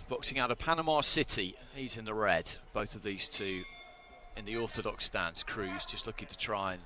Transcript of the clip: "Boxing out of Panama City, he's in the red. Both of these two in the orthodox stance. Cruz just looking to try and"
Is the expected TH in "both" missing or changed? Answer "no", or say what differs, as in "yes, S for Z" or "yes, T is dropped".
no